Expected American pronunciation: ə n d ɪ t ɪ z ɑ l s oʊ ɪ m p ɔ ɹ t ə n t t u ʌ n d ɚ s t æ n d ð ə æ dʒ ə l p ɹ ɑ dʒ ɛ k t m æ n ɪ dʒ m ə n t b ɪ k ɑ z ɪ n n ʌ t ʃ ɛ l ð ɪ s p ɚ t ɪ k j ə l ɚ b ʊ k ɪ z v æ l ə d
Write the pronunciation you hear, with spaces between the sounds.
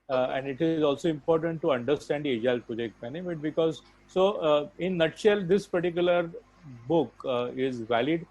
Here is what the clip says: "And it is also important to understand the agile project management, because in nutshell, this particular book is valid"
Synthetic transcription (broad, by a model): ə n d ɪ t ɪ z ɑ l s oʊ ɪ m p ɔ ɹ t ə n t t u ʌ n d ɚ s t æ n d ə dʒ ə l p ɑ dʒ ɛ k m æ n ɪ m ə t b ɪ k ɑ z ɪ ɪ n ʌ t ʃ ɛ l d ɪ s p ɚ t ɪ k j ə l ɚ b ʊ k ɪ z v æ l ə d